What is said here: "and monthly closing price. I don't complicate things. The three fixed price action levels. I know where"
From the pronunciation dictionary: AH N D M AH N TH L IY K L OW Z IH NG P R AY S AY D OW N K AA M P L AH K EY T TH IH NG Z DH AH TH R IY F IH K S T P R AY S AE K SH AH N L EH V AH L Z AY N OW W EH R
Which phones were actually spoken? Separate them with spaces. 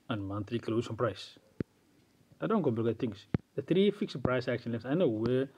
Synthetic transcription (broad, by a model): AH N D M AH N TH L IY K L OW S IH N P R AY S AY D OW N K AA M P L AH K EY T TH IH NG S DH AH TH R IY F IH K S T P R AY S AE K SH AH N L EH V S AY N OW W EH